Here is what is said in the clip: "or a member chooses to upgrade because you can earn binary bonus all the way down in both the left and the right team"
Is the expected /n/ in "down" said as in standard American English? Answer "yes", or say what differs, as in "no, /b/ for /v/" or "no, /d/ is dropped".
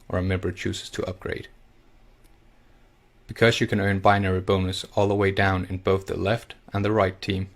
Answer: yes